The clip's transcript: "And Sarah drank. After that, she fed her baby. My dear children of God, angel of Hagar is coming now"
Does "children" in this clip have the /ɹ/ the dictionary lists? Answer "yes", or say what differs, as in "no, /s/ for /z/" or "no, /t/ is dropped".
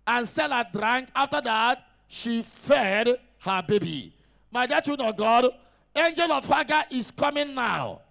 no, /ɹ/ is dropped